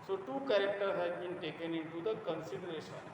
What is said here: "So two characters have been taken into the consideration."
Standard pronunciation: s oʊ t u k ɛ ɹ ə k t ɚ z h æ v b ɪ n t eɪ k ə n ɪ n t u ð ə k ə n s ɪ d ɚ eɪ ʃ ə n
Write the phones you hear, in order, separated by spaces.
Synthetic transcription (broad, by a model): s oʊ t u k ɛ ɹ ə k t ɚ h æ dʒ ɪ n t eɪ k ə n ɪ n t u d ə k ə n s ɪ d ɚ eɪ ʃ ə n